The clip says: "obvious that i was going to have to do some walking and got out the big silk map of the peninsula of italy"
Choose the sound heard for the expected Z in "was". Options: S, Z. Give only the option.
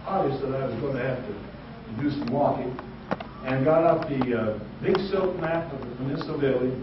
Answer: Z